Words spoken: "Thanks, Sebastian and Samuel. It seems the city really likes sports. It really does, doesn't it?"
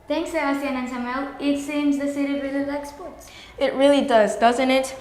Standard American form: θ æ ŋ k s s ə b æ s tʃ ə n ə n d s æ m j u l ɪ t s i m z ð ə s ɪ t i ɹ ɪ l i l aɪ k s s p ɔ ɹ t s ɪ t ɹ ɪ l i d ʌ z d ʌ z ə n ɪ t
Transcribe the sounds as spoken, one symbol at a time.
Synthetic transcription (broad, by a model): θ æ ŋ k s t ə æ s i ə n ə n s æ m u l ɪ t s i m z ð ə s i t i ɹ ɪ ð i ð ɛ k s s p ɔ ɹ t s ɪ t ɹ ɪ l i d ʌ z d ʌ z ə n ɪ t